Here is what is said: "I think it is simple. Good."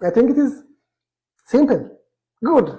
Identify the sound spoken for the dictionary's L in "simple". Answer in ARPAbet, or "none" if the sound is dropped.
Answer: N